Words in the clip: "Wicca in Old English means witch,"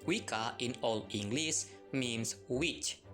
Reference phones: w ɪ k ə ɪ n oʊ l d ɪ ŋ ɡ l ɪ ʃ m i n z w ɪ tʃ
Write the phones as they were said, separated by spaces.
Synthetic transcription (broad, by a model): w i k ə ɪ n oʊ l ɪ ŋ ɡ l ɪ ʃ m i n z w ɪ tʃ